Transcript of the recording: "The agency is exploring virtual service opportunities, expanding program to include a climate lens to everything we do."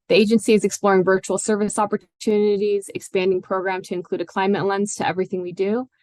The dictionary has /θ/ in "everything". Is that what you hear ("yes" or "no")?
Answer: yes